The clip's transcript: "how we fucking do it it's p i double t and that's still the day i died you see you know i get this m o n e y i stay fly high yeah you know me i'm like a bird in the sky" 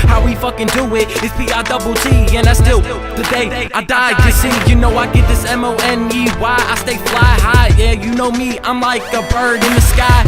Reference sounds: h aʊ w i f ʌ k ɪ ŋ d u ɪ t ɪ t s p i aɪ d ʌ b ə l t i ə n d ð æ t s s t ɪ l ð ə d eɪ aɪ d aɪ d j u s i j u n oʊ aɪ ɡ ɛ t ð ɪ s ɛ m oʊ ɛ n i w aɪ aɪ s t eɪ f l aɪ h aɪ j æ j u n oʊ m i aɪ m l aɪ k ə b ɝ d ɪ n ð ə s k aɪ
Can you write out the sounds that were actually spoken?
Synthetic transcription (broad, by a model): h aʊ w i f ʌ k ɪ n d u ɪ t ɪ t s b i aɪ d ʌ b l t i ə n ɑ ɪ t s s t ɪ l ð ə d eɪ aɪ d aɪ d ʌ s i j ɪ n oʊ aɪ ɡ ɛ t ð ɪ s ɛ m oʊ ɛ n i w aɪ aɪ s t eɪ f l aɪ h aɪ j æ j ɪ n oʊ m i aɪ m l aɪ k ə b ɝ d ɪ n ð ə s k aɪ